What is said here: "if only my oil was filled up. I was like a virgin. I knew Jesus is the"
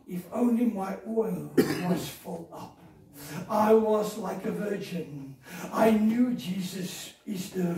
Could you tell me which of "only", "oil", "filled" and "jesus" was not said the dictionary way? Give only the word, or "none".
filled